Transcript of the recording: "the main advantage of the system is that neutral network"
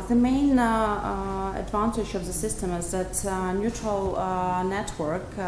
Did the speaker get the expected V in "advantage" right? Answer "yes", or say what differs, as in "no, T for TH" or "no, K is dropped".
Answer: yes